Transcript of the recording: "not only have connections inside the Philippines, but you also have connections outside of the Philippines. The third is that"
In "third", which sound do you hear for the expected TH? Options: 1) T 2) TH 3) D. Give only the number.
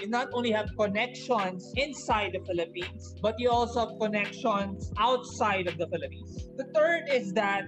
1